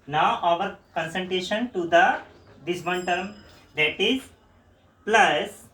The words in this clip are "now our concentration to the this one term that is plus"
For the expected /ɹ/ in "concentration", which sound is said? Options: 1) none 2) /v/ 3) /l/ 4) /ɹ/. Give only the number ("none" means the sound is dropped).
1